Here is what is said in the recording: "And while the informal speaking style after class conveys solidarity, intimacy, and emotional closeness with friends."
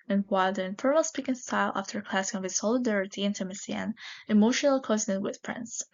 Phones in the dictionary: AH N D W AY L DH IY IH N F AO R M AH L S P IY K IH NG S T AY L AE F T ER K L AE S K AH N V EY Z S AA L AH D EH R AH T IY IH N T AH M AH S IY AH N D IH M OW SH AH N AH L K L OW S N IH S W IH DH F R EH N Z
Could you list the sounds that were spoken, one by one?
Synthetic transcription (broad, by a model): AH N W AY L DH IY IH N F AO R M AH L S P IY K IH NG S T AY L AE F T ER K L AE S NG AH V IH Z S AA L AH D EH R AH T IY IH N T AH M AH S IY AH N IH M OW SH AH N AH L K OW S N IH W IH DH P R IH N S